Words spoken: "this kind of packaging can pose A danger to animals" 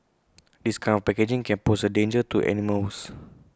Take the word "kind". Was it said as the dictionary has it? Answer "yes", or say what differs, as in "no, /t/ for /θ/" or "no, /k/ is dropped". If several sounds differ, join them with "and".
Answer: no, /d/ is dropped